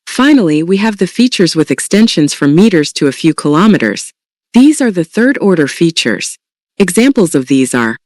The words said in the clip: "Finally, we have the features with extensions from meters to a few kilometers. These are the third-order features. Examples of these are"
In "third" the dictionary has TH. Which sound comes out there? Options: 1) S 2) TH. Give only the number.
2